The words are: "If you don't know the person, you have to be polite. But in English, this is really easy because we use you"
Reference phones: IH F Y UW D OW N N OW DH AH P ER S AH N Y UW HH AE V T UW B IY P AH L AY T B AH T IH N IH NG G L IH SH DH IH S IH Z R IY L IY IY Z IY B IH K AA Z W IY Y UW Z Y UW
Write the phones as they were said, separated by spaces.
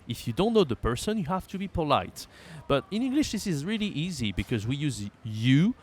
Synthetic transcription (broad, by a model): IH F Y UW D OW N N OW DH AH P ER S AH N Y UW HH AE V T UW B IY P AH L AY T B AH T IH N IH NG G L IH SH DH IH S IH Z R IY L IY IY Z IY B IH K AA Z W IY Y UW Z Y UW